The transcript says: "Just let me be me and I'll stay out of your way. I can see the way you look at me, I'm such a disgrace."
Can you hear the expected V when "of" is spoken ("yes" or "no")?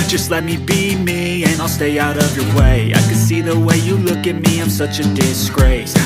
yes